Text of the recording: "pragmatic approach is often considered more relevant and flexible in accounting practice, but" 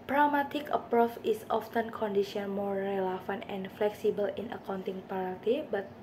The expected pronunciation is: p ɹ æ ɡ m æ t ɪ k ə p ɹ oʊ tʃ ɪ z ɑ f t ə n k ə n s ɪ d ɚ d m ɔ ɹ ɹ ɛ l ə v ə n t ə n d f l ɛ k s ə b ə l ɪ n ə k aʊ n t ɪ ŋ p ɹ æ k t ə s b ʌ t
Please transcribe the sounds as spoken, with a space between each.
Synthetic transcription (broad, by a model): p ɹ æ m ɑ t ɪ k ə p ɹ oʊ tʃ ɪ s ɑ f t ə n k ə n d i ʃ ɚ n m ɔ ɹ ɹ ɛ l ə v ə n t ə n f l ɛ k s ə b ə l ɪ n ə k aʊ n t ɪ ŋ p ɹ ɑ t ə b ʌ t